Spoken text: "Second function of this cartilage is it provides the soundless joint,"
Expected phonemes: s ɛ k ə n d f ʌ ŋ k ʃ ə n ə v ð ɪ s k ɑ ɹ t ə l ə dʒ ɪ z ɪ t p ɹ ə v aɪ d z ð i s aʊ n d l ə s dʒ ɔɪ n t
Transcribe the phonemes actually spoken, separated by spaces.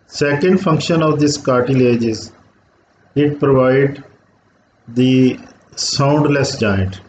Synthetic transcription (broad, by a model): s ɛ k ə n d f ʌ ŋ k ʃ ə n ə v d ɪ s k ɑ ɹ t ə l ə dʒ ɪ z ɪ t p ɹ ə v aɪ d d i s aʊ n d l ə s dʒ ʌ n t